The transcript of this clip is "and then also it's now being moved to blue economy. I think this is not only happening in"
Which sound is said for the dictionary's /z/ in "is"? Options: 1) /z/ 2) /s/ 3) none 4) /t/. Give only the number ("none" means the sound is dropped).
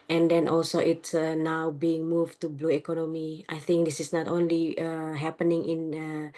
2